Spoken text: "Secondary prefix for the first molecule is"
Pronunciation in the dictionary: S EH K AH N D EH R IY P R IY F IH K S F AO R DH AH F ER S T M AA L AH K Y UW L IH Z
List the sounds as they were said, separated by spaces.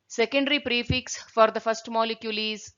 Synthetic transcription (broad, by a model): S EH K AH N D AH R IY P R IY F IH K S F AO R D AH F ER S T M AA L AH K Y UW L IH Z